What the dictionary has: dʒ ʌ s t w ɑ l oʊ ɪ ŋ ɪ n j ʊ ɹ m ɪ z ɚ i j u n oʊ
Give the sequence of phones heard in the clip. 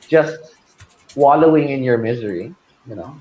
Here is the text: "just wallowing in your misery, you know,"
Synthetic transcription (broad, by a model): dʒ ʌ s t w ɑ l oʊ ɪ ŋ ɪ n j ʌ ɹ m ɪ z ɚ i j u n oʊ